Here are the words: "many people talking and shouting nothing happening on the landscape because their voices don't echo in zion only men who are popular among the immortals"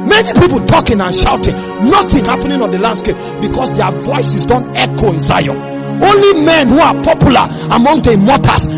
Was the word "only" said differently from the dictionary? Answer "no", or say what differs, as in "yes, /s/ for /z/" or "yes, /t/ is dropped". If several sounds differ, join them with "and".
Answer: no